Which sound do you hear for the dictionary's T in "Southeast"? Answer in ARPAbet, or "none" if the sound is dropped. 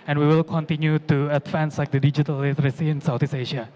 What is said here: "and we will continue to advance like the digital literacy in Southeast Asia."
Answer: none